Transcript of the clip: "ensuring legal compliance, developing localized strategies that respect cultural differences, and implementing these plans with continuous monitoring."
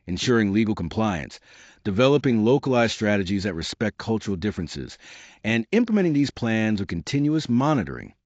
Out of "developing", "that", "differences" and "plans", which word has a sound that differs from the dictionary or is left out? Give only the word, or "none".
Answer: none